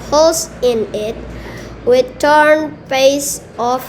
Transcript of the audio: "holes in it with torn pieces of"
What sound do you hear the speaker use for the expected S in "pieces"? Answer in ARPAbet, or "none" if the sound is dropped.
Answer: none